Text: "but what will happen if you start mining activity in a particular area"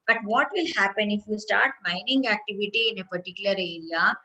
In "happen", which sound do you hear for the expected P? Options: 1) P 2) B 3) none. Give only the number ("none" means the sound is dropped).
1